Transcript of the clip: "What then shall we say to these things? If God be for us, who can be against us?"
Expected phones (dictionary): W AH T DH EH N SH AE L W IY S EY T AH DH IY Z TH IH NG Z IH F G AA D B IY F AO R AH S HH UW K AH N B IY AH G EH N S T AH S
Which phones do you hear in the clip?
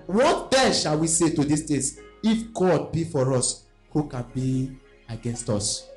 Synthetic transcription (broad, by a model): W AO T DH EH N SH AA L W IY S EY T AH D IY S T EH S IH F G AA D B IY F AO R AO S HH UW K AH N B IY AH G EH N S T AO S